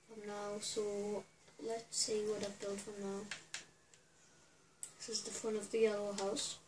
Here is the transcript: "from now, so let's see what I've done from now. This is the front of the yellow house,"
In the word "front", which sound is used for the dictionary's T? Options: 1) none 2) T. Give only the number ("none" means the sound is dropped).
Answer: 1